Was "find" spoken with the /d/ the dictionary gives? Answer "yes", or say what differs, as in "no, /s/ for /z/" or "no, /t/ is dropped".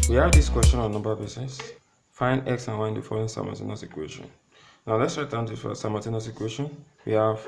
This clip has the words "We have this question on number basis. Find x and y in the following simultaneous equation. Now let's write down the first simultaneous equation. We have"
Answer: no, /d/ is dropped